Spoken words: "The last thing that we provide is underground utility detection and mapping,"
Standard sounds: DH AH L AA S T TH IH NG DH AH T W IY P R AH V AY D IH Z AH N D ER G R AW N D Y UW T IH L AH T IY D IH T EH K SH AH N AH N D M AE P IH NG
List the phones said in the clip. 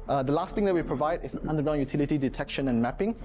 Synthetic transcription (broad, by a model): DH AH L AA S T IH NG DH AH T W IY P R AH V AY D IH S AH N D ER G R AW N Y UW T IH L AH T IY D IH T EH K SH AH N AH N M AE P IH NG